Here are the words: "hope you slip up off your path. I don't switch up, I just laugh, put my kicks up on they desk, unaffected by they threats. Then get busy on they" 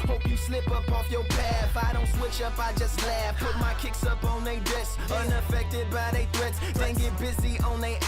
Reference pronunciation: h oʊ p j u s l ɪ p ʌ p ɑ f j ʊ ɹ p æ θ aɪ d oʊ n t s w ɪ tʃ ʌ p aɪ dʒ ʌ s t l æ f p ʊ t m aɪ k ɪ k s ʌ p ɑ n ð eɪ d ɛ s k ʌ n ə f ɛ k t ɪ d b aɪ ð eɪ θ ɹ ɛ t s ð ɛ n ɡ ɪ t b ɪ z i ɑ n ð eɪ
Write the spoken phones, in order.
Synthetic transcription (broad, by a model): h oʊ p j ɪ s l ɪ p ʌ p ɑ f j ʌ ɹ p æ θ aɪ d oʊ n t s w ɪ tʃ ʌ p aɪ dʒ ʌ s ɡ l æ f p ʊ t m aɪ k ɪ k s ʌ p n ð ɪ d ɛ s ʌ n ə f ɛ k t ɪ d b aɪ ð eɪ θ ɹ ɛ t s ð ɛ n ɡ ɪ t b ɪ z i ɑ n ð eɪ